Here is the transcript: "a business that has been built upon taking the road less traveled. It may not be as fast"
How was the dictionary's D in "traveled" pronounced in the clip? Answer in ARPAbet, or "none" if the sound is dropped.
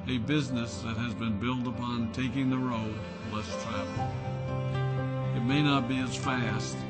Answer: none